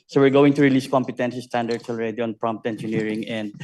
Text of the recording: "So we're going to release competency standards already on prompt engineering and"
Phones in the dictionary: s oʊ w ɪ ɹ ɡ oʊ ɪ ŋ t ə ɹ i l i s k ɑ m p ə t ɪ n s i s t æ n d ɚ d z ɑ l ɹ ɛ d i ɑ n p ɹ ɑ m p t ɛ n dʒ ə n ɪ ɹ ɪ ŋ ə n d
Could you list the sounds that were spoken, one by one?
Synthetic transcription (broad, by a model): s oʊ w ɪ ɹ ɡ oʊ ɪ ŋ t ə ɹ i l i s k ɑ m p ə t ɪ n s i s t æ n d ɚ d s ɑ l ɹ ɛ d i ɑ n p ɹ ɑ m p t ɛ n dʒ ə n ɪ ɹ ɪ ŋ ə n d